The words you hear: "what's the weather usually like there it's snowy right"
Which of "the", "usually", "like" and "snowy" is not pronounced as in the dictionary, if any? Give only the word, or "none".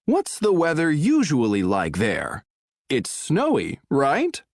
none